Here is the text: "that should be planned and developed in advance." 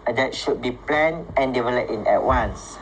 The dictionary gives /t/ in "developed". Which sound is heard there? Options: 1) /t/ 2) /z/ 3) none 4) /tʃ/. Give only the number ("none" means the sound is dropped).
3